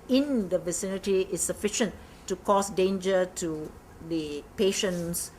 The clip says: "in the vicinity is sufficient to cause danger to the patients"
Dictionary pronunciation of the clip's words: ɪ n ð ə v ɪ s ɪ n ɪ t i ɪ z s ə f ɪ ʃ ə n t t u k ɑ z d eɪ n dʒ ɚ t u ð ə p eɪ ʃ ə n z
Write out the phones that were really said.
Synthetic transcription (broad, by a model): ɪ n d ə v ɪ s ɪ n ɪ t i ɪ s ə f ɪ ʃ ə n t t u k ɑ s d eɪ n dʒ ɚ t u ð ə p eɪ ʃ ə n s